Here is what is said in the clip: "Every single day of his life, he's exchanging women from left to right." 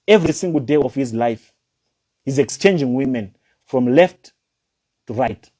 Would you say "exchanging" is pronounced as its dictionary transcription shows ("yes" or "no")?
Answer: yes